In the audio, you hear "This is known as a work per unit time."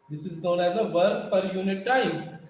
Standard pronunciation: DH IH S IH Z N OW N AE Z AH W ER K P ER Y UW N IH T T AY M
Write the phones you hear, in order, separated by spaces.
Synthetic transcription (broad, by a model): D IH S IH Z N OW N AE Z AH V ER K F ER Y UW N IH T T AY M